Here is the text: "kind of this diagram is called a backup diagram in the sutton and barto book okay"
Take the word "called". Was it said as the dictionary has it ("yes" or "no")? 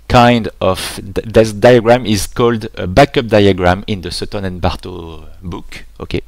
yes